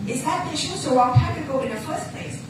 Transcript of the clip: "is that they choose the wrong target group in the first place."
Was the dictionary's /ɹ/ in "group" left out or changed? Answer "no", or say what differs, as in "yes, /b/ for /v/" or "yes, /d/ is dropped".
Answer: yes, /ɹ/ is dropped